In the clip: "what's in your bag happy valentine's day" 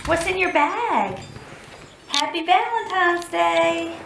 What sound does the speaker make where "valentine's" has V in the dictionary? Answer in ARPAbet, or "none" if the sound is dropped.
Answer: B